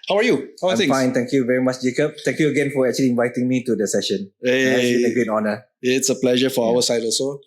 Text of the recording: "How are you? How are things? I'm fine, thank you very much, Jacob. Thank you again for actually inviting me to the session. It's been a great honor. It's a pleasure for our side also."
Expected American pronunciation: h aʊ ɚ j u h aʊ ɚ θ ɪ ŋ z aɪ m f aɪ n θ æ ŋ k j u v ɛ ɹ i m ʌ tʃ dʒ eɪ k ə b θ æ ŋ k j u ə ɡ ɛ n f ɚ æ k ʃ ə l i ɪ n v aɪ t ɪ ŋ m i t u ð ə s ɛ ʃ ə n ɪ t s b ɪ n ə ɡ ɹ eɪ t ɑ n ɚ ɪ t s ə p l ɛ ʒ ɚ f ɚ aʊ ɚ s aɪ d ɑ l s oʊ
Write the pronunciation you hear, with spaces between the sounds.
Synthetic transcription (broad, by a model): h aʊ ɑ j u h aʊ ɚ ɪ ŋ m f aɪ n t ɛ ŋ k j u v ɛ ɹ i m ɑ tʃ dʒ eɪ k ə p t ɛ ŋ k j u ə ɡ ɛ n f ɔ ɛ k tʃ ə l i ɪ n v aɪ t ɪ ŋ m i t u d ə s ɛ ʃ ə n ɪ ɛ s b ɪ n ə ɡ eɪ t ɑ n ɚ ɪ t s ə p l ɛ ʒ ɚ f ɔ aʊ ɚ s aɪ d ɑ l s oʊ